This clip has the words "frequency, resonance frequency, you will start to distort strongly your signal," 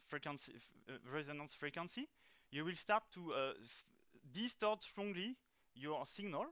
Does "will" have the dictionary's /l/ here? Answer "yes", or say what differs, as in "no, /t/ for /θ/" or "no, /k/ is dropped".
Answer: yes